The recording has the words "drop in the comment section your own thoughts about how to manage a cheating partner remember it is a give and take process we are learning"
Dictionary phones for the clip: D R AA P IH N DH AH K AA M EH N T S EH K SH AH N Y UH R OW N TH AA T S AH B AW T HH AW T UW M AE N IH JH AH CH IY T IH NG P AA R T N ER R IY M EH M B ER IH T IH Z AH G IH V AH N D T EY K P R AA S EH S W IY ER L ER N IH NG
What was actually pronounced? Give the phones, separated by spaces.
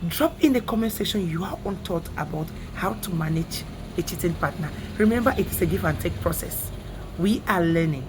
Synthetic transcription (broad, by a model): D R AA P IH N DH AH K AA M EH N S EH SH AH N Y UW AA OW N T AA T AH B AW T HH AW T UW M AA N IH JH AH CH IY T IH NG P AA T N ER R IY M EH M B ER IH T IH S AH G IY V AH N T EY K P R AA S EH S W IY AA L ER N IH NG